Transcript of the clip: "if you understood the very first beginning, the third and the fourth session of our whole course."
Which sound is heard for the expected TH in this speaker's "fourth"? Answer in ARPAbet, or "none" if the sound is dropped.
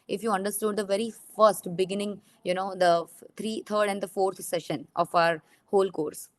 T